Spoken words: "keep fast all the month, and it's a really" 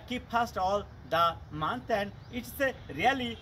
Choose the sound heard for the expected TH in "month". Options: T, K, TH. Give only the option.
T